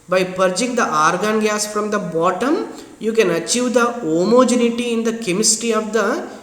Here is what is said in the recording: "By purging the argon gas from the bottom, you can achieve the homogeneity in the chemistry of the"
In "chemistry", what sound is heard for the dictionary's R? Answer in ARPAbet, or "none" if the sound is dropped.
none